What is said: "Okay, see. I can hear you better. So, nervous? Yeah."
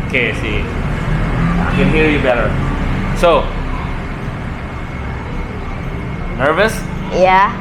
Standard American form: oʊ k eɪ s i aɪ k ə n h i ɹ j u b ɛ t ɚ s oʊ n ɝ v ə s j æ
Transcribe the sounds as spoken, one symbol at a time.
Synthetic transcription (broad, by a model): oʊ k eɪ s i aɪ k ə n h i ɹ j u b ɛ t ɚ s oʊ n ɝ v ə s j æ